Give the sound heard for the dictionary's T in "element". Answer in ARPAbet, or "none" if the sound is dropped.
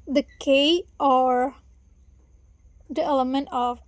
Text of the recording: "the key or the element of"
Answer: T